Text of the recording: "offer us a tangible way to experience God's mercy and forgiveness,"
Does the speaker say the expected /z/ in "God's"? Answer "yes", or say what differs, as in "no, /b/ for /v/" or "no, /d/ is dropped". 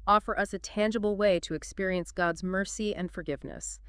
yes